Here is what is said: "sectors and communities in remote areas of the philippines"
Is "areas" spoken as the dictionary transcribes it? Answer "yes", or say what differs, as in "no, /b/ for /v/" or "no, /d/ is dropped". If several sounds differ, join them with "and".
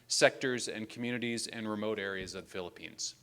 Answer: yes